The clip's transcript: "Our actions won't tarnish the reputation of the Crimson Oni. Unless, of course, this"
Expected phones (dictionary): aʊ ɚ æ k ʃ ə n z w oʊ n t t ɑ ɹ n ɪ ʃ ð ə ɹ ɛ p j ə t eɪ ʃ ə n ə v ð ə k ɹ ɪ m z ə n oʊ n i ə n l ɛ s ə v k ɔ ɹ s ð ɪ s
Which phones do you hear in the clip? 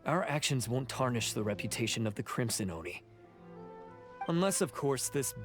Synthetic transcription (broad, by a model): aʊ ɚ æ k ʃ ə n z w oʊ n t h ɑ ɹ n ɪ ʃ ð ə ɹ ɛ p j ə t eɪ ʃ ə n ə v ð ə k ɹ ɪ m s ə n oʊ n i ə n l ɛ s ə v k ɔ ɹ s ð ɪ s